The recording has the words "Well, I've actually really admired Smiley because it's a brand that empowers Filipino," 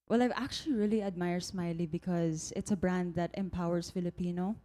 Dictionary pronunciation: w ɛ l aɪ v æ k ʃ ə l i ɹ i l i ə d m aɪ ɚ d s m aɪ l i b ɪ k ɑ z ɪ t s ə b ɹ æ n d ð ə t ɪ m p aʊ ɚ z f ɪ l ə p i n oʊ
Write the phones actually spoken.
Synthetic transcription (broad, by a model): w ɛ l aɪ v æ k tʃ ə l i ɹ i l i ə d m aɪ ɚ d s m aɪ l i b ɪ k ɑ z ɪ t s ə b ɹ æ n d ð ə t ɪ m p aʊ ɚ s f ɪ l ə p i n oʊ